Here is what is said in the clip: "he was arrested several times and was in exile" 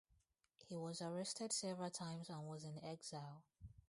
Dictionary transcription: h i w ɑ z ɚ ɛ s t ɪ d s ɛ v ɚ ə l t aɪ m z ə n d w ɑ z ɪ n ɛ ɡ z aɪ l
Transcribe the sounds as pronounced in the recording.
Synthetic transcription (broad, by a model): h i w ɑ z ɚ ɛ s t ɪ d s ɛ v ɚ ə l t aɪ m z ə n w ɑ z ɪ n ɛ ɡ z aɪ l